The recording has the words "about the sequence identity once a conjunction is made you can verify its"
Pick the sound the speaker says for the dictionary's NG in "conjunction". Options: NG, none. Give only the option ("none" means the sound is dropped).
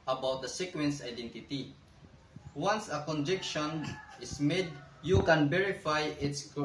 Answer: none